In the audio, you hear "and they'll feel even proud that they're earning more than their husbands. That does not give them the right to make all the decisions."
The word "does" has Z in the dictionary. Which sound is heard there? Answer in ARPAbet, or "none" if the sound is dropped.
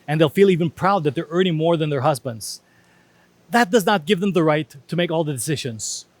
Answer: Z